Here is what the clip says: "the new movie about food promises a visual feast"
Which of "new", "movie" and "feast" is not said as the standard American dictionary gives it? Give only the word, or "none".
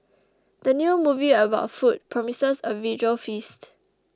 none